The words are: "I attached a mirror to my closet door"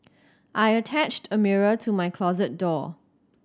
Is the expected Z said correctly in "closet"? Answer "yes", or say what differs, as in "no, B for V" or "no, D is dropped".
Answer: yes